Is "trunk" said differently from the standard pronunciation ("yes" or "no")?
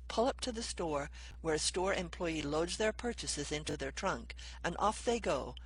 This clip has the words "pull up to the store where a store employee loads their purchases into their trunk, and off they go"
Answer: no